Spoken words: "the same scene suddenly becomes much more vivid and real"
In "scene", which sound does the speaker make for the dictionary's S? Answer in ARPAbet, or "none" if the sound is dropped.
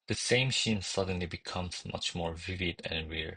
SH